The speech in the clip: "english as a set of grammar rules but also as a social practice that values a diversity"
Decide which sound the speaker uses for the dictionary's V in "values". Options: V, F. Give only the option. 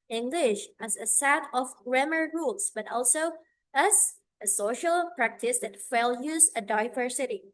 F